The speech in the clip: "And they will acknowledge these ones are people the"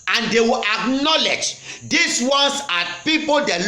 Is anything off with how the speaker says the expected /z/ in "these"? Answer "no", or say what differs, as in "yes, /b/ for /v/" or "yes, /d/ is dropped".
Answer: yes, /s/ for /z/